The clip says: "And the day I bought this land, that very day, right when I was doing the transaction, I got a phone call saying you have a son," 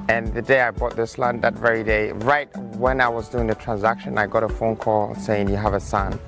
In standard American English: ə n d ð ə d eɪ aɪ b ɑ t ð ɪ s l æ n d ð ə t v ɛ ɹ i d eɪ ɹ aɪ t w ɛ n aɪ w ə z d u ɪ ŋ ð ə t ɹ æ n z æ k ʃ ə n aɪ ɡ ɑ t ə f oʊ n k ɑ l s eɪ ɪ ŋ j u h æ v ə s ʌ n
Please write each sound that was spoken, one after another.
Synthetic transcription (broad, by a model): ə n ð ə d eɪ aɪ b ɑ t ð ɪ s l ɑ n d ð ə t v ɛ ɹ i d eɪ ɹ aɪ t w ɛ n aɪ w ə z d u ɪ ŋ ð ə t ɹ æ n z æ k ʃ ə n aɪ ɡ ɑ t ə f oʊ n k ɑ l s eɪ ɪ ŋ j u h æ v ə s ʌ n